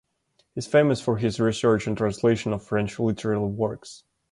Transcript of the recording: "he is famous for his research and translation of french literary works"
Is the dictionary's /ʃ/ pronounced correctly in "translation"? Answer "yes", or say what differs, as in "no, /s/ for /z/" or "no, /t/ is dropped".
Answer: yes